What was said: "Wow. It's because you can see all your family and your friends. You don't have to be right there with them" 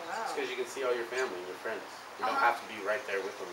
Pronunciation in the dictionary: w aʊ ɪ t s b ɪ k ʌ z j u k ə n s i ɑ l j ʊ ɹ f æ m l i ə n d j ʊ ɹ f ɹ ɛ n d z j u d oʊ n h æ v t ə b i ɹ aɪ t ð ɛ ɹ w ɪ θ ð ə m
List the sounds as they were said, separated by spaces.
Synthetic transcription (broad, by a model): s k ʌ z j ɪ k ə n s i ɑ l j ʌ ɹ f æ m l i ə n j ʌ ɹ f ɹ ɛ n d z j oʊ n h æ f t ə b i ɹ aɪ t ð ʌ ɹ w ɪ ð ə m